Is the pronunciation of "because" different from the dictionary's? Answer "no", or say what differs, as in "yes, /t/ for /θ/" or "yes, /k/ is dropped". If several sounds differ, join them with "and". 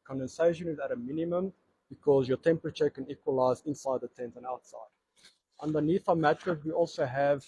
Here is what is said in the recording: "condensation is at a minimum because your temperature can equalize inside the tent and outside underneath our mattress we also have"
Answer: no